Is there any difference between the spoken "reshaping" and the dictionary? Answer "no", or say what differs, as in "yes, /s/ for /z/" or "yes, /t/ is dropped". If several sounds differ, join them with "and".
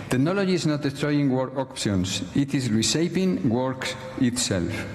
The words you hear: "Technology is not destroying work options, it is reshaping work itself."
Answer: yes, /s/ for /ʃ/